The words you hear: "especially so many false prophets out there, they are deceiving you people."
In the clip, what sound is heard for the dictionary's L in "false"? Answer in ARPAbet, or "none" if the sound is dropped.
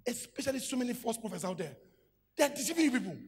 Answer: none